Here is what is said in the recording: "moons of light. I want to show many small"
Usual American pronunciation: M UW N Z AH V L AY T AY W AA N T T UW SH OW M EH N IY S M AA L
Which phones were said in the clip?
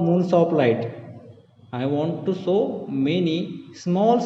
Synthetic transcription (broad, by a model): M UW N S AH P L AY T AY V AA N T T UW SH OW M EH N IY S M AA L